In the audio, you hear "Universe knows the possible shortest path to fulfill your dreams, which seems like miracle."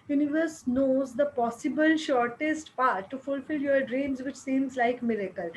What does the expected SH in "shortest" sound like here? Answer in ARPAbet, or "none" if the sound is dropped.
SH